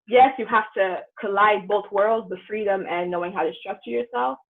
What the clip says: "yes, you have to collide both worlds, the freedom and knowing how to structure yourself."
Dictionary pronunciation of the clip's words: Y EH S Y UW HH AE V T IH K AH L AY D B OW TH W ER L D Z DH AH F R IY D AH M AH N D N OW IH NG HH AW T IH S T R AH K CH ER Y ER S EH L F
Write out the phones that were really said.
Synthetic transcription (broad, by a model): Y EH S Y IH HH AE F T IH K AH L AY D B OW TH W ER L D Z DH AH F R IY D AH M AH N N OW IH NG HH AW T IH S T R AH K CH ER Y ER S EH L F